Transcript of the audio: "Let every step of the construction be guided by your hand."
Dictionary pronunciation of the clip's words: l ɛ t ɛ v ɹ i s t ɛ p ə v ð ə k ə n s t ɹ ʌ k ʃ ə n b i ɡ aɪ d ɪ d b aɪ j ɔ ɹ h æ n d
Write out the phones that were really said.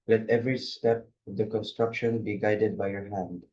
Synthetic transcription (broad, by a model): l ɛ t ɛ v ɹ i s t ɛ p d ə k ə n s t ɹ ʌ k ʃ ə n b i ɡ aɪ d ɪ d b aɪ j ɔ ɹ h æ n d